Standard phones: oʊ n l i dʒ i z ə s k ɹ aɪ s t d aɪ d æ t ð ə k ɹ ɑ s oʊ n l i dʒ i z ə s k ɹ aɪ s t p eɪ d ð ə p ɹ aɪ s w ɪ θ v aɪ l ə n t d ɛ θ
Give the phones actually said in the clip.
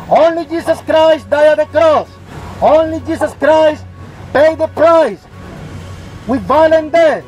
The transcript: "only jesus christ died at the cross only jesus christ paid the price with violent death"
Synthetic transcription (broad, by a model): oʊ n l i dʒ i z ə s k ɹ aɪ s t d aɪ ʌ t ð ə k ɹ ɑ s oʊ n l i dʒ i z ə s k ɹ aɪ s t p eɪ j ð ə p ɹ aɪ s w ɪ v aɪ l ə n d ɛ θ